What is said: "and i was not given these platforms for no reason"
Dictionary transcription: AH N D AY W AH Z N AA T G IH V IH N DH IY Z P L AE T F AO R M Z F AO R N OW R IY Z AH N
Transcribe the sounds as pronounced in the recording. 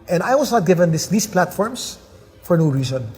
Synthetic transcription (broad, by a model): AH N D AY W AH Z N AA T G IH V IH N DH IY S P L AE T F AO R M S F AO R N OW R IY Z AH N